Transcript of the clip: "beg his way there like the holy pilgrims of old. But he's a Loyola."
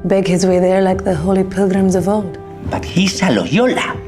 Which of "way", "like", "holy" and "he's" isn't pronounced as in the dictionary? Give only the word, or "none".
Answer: he's